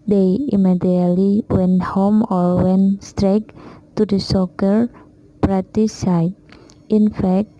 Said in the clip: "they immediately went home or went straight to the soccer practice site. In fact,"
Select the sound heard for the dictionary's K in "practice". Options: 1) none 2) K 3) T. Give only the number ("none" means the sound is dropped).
1